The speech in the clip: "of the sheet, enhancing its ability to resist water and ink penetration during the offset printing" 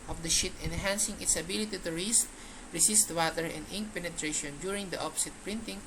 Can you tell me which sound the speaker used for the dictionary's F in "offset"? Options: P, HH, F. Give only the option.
P